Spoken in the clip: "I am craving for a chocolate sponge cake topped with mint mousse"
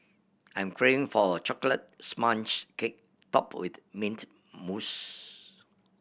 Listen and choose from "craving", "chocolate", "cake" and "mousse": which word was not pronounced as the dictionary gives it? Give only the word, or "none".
craving